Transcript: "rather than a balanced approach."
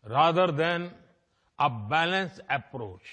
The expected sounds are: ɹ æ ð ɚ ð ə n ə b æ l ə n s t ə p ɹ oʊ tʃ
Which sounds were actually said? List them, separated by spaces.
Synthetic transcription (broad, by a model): ɹ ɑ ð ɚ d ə n ə b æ l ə n s ə p ɹ oʊ tʃ